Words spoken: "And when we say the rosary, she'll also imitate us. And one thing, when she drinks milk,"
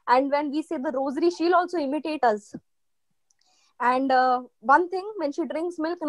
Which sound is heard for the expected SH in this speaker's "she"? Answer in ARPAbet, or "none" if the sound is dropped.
SH